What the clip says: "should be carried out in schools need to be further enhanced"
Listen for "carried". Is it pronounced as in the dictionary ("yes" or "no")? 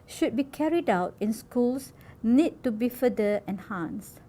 yes